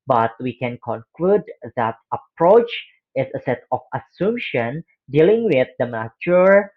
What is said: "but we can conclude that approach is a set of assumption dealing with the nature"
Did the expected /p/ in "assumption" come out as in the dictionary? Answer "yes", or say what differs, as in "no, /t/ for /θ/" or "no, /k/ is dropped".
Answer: no, /p/ is dropped